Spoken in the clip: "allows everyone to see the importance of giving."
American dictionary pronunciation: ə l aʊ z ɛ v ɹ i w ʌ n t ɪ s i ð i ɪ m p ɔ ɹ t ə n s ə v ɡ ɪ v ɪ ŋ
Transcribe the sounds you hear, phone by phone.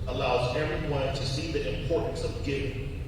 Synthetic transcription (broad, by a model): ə l aʊ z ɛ ɹ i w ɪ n t ɪ s i ð i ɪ m p ɔ ɹ t n s ə v ɡ ɪ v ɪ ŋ